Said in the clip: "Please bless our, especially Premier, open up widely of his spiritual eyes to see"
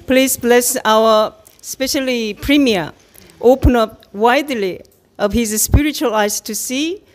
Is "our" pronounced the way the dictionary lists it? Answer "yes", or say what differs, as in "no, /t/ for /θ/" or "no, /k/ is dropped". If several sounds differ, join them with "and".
no, /w/ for /ɹ/